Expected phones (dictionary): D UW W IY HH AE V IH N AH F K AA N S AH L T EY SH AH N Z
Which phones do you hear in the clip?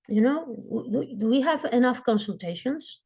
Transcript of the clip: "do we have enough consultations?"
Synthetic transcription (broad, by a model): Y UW W IY HH AE V IH N AH F K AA N S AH L T EY SH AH N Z